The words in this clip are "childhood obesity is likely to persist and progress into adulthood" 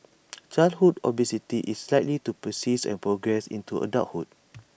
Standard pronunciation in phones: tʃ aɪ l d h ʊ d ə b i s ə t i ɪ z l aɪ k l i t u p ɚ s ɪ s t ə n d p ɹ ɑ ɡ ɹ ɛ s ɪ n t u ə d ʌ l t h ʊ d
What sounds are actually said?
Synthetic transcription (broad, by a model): tʃ aɪ l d h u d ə b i s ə t i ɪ s l aɪ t l i t u p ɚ s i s ə n p ɹ ɑ ɡ ɹ ɛ s ɪ n t u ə d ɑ t h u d